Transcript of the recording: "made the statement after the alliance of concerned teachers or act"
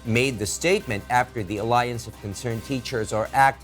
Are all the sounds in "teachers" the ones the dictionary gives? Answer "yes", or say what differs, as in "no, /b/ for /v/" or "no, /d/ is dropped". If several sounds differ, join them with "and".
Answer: yes